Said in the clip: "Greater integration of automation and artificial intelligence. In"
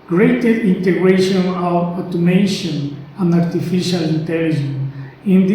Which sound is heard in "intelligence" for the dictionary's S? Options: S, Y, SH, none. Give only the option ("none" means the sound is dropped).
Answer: none